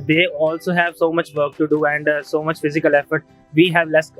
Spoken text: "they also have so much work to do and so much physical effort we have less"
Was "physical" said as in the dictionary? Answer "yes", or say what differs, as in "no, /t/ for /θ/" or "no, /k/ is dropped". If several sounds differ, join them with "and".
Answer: yes